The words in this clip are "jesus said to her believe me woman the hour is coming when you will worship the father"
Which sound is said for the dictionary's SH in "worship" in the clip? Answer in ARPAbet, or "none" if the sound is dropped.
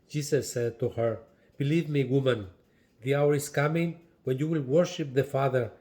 SH